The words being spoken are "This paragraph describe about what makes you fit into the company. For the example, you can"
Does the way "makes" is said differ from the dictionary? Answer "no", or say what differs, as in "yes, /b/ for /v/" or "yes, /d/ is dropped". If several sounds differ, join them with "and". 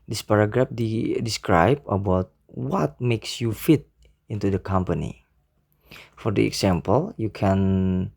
no